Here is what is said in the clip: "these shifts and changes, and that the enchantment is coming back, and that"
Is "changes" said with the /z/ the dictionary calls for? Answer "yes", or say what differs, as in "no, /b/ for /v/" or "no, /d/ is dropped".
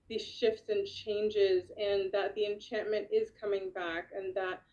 yes